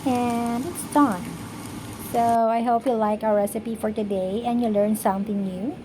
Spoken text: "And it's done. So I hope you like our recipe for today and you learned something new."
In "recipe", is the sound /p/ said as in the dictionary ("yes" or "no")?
yes